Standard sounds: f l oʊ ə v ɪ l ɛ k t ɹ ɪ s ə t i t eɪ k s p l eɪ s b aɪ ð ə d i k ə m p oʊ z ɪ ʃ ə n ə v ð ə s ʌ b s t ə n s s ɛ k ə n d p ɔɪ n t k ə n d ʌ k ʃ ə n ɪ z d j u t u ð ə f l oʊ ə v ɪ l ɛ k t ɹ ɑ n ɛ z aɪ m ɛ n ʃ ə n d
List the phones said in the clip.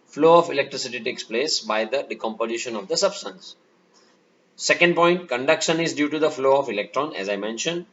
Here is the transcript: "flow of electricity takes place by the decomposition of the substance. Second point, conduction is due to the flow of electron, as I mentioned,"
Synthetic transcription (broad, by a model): f l oʊ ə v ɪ l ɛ k t ɹ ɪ s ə t i t eɪ k s p l eɪ s b aɪ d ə d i k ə m p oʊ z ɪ ʃ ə n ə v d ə s ʌ b s t ə n s s ɛ k ə n d p ɔɪ n t k ə n d ʌ k ʃ ə n ɪ z d j u t u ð ə f l oʊ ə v ɪ l ɛ k t ɹ ɑ n ɛ z aɪ m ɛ n ʃ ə n d